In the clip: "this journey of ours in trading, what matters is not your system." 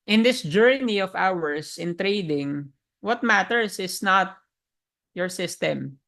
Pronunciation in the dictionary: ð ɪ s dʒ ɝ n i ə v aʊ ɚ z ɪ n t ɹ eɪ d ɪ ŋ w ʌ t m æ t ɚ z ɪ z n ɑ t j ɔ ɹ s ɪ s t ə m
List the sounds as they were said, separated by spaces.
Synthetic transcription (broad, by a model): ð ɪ s dʒ ɝ n i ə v aʊ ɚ s ɪ n t ɹ eɪ d ɪ ŋ w ʌ t m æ t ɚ s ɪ s n ɑ t j ɔ ɹ s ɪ s t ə m